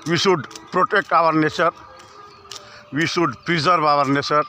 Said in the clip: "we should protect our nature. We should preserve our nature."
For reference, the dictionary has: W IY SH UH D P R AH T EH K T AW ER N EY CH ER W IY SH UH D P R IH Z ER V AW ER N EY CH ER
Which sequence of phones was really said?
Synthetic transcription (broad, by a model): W IY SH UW D P R AH T EH K T AW ER N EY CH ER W IY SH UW D P R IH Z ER B AW ER N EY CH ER